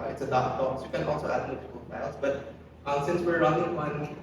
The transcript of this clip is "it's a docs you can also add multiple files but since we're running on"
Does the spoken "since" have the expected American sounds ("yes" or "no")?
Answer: yes